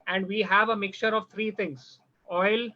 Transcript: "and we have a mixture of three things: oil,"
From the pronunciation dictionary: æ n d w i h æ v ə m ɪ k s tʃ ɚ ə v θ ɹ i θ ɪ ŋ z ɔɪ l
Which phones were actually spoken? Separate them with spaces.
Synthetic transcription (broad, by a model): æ n d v i h æ v ə m ɪ k s tʃ ɚ ə v t ɹ i t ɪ ŋ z ɔɪ l